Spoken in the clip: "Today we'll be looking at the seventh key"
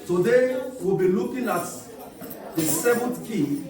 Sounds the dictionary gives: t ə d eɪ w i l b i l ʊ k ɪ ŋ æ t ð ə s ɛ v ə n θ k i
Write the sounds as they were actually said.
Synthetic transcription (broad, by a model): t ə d eɪ w i l b i l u k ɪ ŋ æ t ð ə s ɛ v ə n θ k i